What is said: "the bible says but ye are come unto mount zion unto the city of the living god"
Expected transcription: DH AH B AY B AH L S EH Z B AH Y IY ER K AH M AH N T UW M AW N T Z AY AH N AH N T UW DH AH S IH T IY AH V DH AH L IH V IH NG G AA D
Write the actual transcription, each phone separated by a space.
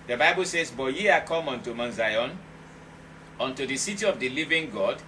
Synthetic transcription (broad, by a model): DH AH B AY B AH L S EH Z B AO Y IY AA K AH M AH N T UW M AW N Z AY AH N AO N T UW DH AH S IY T IY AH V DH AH L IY V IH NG G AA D